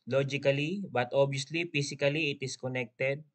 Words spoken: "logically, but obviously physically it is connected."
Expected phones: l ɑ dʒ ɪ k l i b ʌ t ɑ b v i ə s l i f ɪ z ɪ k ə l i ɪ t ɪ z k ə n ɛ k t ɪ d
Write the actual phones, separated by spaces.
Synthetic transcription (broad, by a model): l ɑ dʒ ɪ k l i b ʌ t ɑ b i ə s l i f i s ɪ k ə l i ɪ t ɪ s k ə n ɛ k t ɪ d